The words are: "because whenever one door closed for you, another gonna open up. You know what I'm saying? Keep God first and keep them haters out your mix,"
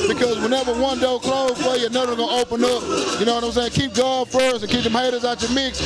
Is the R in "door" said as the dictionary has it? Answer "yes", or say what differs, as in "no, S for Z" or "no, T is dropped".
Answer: no, L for R